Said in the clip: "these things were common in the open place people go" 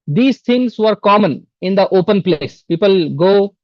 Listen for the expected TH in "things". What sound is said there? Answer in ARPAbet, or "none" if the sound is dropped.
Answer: T